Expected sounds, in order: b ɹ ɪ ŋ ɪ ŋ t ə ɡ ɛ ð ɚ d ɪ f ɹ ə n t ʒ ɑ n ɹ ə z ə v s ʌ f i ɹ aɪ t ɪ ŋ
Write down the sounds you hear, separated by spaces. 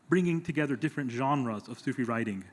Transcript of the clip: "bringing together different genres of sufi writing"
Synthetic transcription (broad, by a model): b ɹ ɪ ŋ ɪ ŋ t ə ɡ ɛ ð ɚ d ɪ f ɹ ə n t ʒ ɑ n ɹ ə z ə v s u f i ɹ aɪ t ɪ ŋ